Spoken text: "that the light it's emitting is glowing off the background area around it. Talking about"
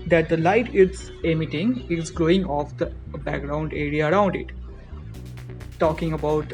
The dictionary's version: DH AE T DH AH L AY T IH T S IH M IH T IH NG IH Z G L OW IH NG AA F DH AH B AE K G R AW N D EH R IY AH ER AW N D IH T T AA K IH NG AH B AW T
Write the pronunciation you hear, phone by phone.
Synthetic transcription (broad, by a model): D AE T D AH L AY T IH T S IH M IH T IH NG IH Z G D OW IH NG AA F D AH B AE K G R AW N D EH R IY AH ER AW N D IH T T AA K IH NG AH B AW T